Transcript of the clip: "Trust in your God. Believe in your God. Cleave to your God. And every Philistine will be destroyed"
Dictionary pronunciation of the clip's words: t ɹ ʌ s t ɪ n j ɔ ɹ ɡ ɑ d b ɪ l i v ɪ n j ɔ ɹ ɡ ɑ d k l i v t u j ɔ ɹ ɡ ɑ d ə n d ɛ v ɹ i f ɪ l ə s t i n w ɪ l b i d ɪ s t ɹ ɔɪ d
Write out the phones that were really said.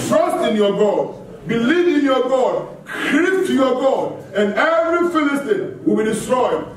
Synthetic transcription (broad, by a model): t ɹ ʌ s t ɪ n j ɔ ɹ ɡ ɑ d b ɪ l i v ɪ n j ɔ ɡ ɑ d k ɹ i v t u j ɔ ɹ ɡ ɑ d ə n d ɛ v ɹ i f ɪ l ə s t i n w ɪ l b i d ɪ s t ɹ ɔɪ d